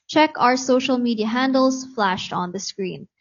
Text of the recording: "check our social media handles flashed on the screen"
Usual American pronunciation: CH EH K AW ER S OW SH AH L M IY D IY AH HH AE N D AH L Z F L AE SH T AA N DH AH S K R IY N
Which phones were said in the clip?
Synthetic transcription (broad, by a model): CH EH K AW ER S OW SH AH L M IY D IY AH HH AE N D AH L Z F L AE SH T AA N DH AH S K R IY N